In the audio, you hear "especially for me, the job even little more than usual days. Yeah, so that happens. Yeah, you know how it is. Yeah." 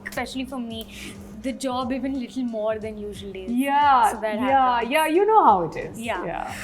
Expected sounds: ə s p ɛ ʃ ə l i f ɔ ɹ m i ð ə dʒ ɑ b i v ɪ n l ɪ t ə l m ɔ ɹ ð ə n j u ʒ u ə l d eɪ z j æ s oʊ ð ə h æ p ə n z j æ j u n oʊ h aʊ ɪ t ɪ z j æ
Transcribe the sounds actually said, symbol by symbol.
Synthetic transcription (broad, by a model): s p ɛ ʃ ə l i f ɔ ɹ m i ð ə dʒ ɑ b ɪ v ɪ n l ɪ t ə l m ɔ ɹ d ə n j u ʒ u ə l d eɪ j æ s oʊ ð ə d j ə j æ j u n oʊ h aʊ ɪ t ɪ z j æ